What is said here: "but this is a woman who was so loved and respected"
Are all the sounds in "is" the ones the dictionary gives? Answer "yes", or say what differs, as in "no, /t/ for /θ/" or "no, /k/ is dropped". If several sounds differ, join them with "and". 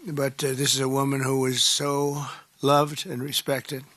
yes